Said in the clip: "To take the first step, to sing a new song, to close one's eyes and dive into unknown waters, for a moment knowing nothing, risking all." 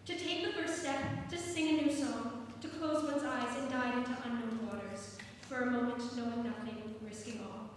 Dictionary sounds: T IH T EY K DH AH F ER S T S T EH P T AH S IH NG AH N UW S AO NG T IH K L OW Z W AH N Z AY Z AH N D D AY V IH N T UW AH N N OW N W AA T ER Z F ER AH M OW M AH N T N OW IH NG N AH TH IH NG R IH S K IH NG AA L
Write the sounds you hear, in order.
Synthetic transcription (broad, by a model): T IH T EY K DH AH F ER S T S T EH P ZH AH S IH NG AH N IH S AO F T IH K L OW Z W AH N Z AY Z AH N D D AY IH N T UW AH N N OW N W AA T ER Z F ER AH M OW M AH N T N OW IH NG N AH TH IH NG R IH S K IH NG AA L